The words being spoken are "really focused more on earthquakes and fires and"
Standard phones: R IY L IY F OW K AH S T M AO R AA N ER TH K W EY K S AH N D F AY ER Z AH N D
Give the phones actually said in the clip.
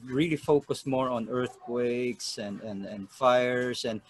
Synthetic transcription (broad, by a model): R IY L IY F OW K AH S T M AO R AA N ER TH K W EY K S AH N D F AY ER S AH N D